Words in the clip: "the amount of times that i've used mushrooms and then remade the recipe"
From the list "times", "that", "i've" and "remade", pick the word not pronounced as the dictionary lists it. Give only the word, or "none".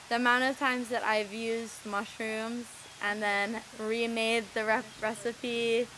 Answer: none